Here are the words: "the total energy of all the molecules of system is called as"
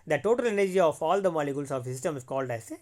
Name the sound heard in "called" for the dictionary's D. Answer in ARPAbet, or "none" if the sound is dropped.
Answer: D